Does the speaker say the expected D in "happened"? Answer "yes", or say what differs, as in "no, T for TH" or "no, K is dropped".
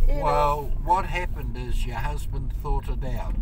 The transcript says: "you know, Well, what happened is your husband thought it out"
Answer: yes